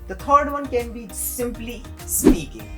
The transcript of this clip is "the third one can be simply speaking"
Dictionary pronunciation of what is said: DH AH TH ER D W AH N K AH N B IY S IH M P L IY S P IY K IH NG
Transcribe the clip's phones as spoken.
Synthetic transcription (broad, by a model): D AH T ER D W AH N K AH N B IY S IH M P L IY S P IY K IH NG